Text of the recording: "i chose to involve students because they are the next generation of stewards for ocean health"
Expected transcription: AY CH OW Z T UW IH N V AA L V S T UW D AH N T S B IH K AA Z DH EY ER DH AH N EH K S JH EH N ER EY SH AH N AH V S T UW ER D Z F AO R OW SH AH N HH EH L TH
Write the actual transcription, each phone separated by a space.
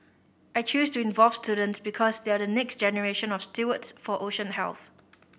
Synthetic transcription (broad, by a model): AY CH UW S T UW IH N V AA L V S T UW D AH N T S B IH K AA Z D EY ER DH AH N EH K S JH EH N ER EY SH AH N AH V S T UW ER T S F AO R OW SH AH N HH EH L TH